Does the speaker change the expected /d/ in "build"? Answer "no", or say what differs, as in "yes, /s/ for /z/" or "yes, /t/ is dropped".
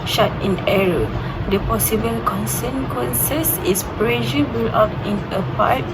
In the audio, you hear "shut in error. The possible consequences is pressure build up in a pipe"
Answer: yes, /d/ is dropped